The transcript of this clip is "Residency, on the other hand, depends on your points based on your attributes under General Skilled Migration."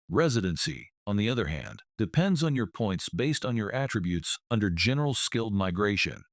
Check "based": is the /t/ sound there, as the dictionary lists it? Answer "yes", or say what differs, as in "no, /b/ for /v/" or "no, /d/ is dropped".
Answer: yes